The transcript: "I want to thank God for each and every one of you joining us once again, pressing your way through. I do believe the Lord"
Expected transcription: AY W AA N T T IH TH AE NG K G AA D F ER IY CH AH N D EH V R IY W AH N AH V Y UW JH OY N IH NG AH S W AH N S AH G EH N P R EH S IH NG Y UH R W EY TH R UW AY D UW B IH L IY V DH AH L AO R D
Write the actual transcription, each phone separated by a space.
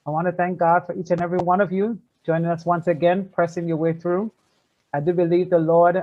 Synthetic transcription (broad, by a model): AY W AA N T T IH TH AE NG K G AA D F ER IY CH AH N EH V R IY W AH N AH V Y UW JH OY N IH NG AH S W AH N S AH G EH N P R EH S IH NG Y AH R W EY TH R UW AY D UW B IH L IY V DH AH L AO R D